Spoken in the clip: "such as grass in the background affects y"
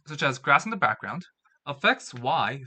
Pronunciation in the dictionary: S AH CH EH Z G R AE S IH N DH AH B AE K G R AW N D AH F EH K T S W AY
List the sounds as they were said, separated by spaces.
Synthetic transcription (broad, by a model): S AH CH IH Z G R AE S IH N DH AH B AE K G R AW N D AH F EH K T S W AY